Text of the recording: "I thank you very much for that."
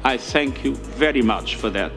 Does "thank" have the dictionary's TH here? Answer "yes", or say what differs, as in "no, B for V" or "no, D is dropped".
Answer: yes